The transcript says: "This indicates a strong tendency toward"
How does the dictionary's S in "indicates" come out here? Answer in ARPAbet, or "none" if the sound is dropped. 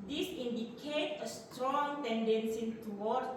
none